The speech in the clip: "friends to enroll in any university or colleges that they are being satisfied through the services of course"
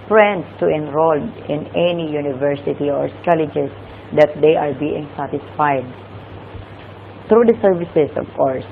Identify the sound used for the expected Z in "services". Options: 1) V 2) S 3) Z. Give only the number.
2